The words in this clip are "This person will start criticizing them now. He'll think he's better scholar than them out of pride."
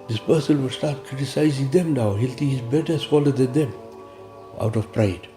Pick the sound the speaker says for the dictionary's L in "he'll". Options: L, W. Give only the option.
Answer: L